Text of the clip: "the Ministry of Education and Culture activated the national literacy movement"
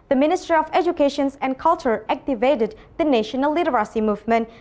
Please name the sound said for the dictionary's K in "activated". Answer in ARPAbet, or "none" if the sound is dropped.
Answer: K